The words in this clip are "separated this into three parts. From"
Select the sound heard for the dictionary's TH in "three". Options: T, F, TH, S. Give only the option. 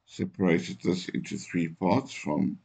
TH